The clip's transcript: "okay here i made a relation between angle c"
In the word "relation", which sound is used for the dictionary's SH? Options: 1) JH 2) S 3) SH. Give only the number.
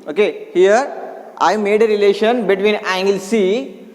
3